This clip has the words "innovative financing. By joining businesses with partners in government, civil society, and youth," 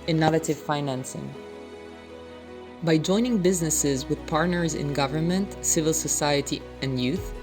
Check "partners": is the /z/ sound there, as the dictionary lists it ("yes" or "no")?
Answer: yes